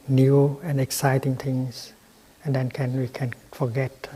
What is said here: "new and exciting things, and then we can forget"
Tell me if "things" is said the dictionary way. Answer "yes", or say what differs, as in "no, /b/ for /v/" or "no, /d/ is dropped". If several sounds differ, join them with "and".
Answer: no, /t/ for /θ/ and /s/ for /z/